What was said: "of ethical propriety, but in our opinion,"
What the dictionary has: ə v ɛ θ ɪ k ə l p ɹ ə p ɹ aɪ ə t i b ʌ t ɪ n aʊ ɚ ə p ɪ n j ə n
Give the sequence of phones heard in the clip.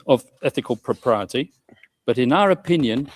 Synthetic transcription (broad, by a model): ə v ɛ θ ɪ k ə l p ɹ ə p ɹ aɪ ə t i b ʌ t ɪ n aʊ ɚ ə p ɪ n j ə n